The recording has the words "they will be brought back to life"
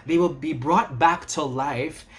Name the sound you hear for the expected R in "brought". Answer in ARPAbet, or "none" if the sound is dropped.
R